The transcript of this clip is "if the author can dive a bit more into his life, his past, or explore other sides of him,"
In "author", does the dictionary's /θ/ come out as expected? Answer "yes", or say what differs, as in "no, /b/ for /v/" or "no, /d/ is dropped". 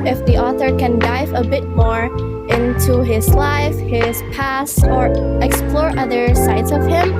yes